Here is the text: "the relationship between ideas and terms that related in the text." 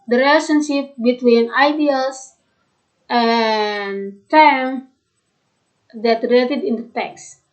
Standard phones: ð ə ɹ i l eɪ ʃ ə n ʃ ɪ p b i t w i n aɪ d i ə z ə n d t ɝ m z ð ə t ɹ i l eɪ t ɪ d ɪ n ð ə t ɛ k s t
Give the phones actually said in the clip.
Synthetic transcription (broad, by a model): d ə ɹ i l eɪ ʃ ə n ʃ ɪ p b i t w i n aɪ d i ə s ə n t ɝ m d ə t ɹ i l eɪ t ɪ d ɪ n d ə t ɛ k s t